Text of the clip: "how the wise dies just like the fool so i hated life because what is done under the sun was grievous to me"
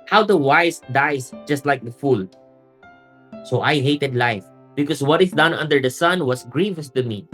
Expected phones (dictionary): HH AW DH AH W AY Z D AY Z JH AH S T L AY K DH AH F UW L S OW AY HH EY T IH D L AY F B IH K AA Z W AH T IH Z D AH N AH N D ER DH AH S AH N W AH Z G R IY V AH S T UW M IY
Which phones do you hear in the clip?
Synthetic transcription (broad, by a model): HH AW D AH W AY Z D AY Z JH AH S T L AY K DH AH F UW L S OW AY HH EY T IH D L AY F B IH K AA S W AH T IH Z D AH N AH N D ER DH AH S AH N W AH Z G R IY V AH S T UW M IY